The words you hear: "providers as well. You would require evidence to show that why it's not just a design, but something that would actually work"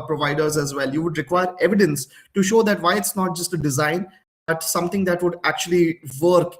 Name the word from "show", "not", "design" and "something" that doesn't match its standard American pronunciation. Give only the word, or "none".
something